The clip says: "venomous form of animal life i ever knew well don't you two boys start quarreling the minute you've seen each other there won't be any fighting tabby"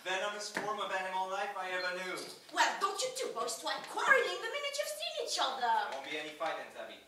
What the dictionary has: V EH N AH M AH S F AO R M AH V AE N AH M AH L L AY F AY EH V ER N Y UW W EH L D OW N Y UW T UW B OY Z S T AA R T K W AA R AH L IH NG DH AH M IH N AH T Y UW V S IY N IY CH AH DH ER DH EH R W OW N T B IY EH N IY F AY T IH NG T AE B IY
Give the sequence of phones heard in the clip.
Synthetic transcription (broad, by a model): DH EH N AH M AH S F AO R M AH V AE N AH M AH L L AY F AY EH V ER N Y UW W EH L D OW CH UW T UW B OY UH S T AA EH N K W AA R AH IH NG DH AH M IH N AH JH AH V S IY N IY CH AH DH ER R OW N B IY EH N IY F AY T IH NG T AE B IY